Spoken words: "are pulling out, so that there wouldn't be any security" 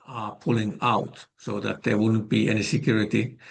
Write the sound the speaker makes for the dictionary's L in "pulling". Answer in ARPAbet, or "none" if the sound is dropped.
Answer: L